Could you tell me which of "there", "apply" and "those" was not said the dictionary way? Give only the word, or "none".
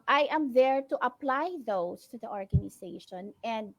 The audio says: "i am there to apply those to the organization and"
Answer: those